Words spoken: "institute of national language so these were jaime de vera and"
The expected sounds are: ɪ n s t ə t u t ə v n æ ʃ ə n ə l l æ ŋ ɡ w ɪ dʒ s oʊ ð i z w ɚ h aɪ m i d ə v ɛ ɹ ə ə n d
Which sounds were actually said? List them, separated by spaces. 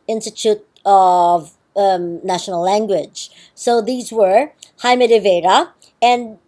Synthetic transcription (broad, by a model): ɪ n s t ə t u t ə v n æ ʃ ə n l l æ ŋ ɡ w ɪ dʒ s oʊ ð i z w ɚ h aɪ m i d ə v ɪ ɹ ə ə n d